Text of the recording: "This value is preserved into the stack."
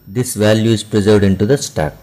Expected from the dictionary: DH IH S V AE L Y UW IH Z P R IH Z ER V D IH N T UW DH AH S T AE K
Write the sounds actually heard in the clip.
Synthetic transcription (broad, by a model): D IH S V AE L Y UW IH Z P R IH Z ER V D IH N T UW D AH S T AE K